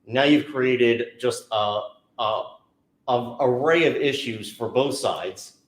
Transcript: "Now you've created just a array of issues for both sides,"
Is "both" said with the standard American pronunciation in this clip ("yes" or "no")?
yes